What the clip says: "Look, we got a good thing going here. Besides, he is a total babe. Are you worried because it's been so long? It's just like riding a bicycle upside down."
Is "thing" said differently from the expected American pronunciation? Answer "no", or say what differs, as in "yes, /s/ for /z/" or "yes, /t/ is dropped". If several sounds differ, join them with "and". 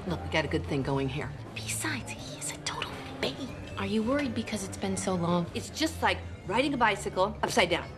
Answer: no